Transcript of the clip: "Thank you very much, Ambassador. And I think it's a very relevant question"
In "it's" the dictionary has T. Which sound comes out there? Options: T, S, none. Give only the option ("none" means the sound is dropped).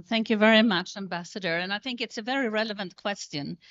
T